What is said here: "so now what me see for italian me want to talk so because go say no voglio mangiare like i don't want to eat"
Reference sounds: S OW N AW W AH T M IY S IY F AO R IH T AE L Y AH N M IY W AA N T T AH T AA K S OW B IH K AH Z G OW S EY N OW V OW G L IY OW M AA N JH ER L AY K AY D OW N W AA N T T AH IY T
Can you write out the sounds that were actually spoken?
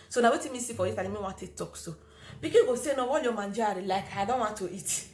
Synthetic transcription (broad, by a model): S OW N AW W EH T M IY S IY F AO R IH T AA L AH M IY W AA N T T AH T AA K S OW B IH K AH G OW S EY N OW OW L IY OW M AA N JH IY L AY K AY D OW N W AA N T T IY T